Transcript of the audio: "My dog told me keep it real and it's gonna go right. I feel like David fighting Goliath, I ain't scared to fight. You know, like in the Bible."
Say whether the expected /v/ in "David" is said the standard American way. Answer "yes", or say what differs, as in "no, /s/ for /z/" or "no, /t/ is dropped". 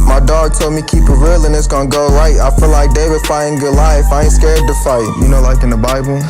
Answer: no, /w/ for /v/